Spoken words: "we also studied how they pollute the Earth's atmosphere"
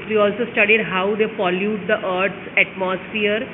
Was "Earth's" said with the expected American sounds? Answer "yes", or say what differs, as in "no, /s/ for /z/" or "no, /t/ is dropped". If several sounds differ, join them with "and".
no, /t/ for /θ/